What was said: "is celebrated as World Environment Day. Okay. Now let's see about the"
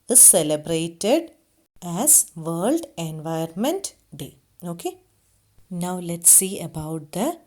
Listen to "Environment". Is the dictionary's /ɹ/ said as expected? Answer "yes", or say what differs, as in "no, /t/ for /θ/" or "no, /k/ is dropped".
no, /ɹ/ is dropped